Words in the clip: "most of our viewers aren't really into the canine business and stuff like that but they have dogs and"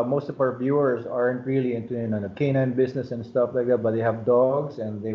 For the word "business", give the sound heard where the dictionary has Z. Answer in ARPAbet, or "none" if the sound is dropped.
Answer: S